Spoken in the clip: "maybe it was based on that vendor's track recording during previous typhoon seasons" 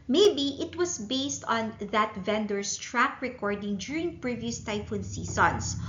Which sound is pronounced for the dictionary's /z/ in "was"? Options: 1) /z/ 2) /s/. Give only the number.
2